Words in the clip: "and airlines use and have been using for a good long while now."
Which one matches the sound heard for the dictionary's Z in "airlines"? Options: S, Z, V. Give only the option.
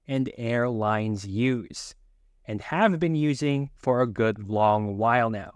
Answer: Z